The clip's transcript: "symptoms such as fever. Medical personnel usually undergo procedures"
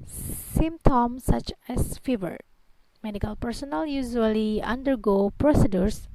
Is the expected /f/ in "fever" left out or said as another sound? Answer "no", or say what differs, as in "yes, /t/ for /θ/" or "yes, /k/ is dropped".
no